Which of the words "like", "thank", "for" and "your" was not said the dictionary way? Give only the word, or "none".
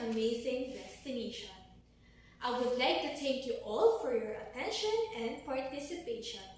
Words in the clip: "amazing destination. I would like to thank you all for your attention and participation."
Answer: thank